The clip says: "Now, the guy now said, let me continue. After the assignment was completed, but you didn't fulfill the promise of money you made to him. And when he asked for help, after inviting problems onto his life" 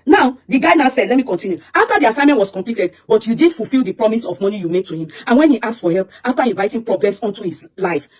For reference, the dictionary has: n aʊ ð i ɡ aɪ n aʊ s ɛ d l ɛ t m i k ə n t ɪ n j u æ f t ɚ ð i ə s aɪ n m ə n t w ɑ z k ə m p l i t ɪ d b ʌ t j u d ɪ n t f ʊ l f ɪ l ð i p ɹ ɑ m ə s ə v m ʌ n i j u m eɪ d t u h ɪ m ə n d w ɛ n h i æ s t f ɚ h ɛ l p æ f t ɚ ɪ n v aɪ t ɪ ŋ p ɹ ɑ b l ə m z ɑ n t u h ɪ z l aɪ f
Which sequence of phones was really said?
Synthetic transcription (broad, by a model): n aʊ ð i ɡ aɪ n aʊ s ɛ d l ɛ t m i k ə n t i n j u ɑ f t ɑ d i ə s aɪ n m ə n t w ɑ s k ə m p l i t ɪ d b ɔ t j u d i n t f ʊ l f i l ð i p ɹ ɑ m ə s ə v m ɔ n i j u m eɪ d t u h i m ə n w ɛ n h i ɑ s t f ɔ h ɛ l p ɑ f t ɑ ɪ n v aɪ t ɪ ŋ p ɹ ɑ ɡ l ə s ɑ n t u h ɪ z l aɪ f